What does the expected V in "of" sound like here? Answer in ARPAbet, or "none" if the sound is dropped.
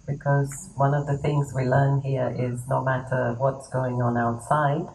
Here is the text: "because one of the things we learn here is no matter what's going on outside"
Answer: V